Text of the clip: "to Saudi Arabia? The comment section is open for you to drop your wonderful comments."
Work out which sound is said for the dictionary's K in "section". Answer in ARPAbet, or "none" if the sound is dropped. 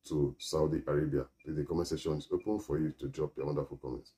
none